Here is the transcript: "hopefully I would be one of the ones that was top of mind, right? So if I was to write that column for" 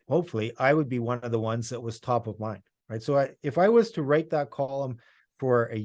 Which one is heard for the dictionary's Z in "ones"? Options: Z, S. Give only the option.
Z